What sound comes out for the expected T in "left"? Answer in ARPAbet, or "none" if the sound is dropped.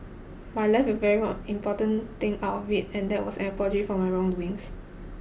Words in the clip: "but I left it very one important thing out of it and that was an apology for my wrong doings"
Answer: none